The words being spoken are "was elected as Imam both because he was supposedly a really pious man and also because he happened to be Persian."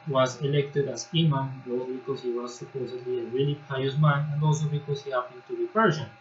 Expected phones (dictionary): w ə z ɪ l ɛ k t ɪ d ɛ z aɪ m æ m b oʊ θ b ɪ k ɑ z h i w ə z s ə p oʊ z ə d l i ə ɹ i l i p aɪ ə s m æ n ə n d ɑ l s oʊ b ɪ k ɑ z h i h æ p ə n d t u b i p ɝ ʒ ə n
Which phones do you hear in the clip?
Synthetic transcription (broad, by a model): w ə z ɪ l ɛ k t ɪ d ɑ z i m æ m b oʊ s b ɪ k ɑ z h i w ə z s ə p oʊ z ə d l i ə ɹ i l i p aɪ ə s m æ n ə n d ɑ l s oʊ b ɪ k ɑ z h i h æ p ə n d t u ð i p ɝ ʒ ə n